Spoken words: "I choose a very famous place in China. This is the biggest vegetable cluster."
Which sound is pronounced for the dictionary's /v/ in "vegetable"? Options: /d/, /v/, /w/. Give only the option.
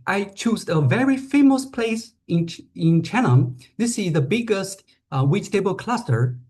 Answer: /w/